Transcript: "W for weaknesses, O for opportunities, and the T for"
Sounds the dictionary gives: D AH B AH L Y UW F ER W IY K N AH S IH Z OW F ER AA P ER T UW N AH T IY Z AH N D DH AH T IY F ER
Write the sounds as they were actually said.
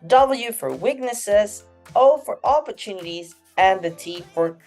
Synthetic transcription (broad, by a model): D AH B L Y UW F ER W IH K N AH S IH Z OW F ER AA P ER T UW N AH T IY Z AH N DH AH T IY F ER